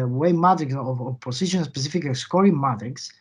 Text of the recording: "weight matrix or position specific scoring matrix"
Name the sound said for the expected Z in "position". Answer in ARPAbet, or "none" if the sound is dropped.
S